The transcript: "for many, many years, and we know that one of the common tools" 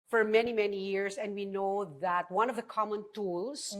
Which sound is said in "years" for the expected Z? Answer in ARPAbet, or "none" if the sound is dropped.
S